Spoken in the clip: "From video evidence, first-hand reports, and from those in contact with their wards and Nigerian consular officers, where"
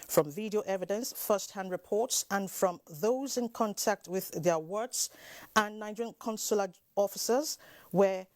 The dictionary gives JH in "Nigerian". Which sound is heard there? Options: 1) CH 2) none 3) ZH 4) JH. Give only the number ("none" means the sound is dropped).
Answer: 2